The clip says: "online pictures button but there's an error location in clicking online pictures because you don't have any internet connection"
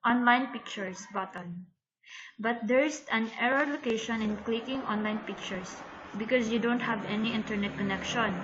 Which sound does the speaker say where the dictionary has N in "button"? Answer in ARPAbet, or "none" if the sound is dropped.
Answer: L